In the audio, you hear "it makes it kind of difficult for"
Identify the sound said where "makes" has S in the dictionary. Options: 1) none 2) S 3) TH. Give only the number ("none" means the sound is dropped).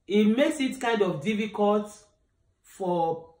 2